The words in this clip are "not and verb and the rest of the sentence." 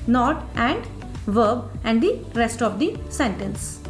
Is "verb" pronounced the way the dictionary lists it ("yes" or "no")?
yes